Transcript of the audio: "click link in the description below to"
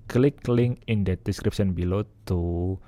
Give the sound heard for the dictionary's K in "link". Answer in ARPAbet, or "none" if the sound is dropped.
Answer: none